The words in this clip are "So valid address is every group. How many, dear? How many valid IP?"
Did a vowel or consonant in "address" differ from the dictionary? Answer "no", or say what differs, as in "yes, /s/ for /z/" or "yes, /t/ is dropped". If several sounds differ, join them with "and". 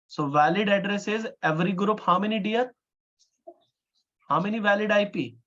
no